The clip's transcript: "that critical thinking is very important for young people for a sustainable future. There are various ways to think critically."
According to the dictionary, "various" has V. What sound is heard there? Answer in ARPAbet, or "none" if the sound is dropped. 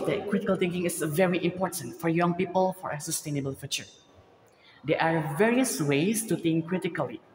V